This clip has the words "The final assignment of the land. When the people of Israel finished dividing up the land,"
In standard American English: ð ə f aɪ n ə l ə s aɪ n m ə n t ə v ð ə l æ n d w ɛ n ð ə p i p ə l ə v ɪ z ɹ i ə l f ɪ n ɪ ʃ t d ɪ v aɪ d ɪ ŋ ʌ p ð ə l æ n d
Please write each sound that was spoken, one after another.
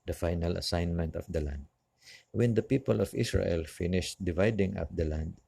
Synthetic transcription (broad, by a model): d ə f aɪ n ə l ə s aɪ n m ə n t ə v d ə l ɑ n d w ɛ n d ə p i p ə l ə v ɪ s ɹ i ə l f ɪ n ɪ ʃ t d ɪ v aɪ d ɪ ŋ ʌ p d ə l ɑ n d